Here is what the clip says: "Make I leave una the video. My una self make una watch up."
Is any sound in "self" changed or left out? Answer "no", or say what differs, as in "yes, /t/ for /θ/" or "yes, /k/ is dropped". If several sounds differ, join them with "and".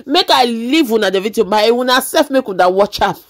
yes, /l/ is dropped